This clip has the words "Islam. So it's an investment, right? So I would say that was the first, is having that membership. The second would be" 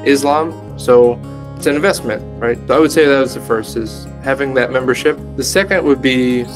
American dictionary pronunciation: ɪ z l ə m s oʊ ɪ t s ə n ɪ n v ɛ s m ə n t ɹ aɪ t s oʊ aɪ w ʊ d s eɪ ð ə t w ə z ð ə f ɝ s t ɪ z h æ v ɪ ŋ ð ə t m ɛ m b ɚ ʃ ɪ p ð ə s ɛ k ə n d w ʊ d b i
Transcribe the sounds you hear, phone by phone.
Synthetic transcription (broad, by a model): ɪ z l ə m s oʊ ɪ t s ə n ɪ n v ɛ s m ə n t ɹ aɪ t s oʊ aɪ w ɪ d s eɪ ð ə t w ə z ð ə f ɝ s t ɪ z h æ v ɪ ŋ ð ə t m ɛ m b ɚ ʃ ɪ p ð ə s ɛ k ə n d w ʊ d b i